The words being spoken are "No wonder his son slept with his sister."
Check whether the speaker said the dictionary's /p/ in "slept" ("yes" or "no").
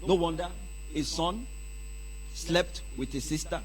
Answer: yes